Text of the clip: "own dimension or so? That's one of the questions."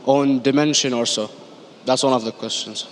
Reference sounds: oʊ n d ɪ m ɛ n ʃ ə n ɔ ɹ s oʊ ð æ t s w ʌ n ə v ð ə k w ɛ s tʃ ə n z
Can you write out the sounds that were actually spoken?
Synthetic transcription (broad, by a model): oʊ n d ɪ m ɛ n ʃ ə n ɔ ɹ s oʊ ð æ t s w ʌ n ə v ð ə k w ɛ s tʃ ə n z